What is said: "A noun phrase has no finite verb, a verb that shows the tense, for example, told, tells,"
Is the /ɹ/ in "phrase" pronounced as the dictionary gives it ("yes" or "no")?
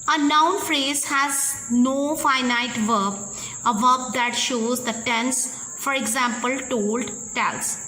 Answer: yes